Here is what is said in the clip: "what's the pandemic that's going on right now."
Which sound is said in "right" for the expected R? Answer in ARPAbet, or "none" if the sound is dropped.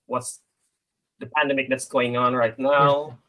R